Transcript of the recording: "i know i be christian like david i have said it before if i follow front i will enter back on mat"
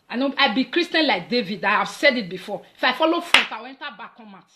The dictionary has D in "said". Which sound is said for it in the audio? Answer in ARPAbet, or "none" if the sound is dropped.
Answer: D